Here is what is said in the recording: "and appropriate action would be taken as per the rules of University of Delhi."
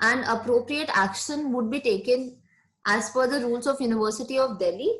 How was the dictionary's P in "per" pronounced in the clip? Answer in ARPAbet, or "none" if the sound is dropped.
F